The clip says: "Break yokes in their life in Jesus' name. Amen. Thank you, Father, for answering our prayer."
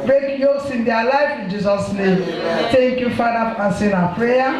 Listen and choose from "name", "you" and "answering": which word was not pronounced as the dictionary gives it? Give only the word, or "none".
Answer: answering